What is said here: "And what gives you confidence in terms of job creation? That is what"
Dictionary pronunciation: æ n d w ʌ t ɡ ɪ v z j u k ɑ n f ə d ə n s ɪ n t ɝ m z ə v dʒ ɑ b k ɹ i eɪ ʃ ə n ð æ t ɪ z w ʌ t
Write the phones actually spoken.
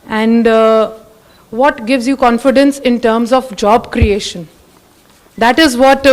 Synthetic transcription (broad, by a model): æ n d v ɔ t ɡ ɪ v z j u k ɑ n f ə d ə n s ɪ n t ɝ m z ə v dʒ ɑ b k ɹ i eɪ ʃ ə n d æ t ɪ z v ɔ t